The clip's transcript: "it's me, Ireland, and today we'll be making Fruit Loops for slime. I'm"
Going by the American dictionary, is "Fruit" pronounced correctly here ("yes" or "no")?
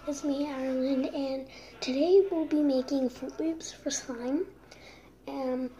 no